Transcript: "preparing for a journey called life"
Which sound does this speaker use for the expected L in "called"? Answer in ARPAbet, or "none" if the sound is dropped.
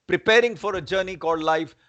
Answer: none